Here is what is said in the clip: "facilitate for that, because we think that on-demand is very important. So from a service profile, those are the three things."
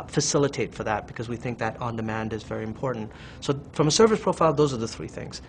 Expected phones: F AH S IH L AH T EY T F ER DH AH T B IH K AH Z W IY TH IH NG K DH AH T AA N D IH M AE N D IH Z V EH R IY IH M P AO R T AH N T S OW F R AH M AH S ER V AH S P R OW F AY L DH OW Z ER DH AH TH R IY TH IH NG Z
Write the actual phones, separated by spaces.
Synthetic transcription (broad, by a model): F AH S IH L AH T EY T F ER DH AH T B IH K AH Z W IY TH IH NG K DH AH T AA N D IH M AE N D IH Z V EH R IY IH M P AO R T N T S OW F R AH M AH S ER V AH S P R OW F AY L DH OW Z ER DH AH TH R IY TH IH NG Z